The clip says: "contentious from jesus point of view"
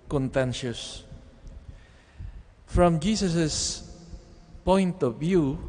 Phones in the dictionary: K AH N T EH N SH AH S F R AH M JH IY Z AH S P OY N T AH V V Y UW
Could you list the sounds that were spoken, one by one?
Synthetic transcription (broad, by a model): K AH N T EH N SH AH S F R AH M JH IY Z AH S P OY N T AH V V Y UW